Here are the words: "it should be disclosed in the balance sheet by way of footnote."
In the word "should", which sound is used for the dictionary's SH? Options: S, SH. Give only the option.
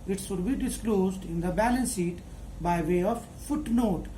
S